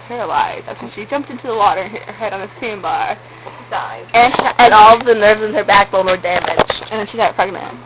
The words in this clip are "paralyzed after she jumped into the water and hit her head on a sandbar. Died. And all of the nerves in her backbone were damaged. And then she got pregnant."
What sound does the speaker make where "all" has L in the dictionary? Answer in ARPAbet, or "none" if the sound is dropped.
N